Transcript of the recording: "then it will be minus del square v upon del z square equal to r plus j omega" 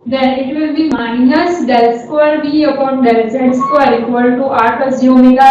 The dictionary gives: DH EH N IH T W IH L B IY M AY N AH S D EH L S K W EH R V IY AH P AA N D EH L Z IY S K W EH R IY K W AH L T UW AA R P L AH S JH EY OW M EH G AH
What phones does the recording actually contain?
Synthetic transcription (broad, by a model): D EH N IH T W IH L B IY M AY N AH S D EH L S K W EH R B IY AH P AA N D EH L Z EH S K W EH R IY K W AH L T UW AA R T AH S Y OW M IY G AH